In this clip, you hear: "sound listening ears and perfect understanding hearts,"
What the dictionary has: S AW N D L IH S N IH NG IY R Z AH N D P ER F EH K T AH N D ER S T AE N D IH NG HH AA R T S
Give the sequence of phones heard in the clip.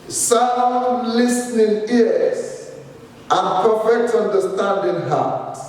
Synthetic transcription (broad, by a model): S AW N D L IH S N IH NG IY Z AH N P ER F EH K T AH N D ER S T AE N D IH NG HH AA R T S